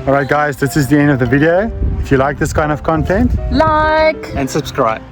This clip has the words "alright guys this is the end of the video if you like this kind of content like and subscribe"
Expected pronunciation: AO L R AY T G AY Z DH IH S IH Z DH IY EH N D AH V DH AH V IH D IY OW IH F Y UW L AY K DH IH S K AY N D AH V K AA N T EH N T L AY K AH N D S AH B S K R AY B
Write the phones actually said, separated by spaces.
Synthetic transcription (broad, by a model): AO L R AY T G AY Z DH IH S IH Z DH IY EH N D AH V DH AH V IH D IY OW IH F Y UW L AY K DH IH S K AY N D AH V K AA N T EH N T L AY K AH N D S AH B S K R AY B